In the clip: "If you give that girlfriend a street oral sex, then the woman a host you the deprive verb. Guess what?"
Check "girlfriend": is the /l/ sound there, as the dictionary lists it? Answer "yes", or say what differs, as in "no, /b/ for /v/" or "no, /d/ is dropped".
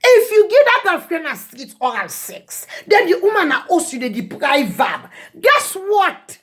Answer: no, /l/ is dropped